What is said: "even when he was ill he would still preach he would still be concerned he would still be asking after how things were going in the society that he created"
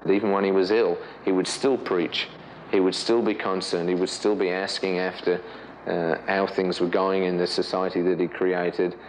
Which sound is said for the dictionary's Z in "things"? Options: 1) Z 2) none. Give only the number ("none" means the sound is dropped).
1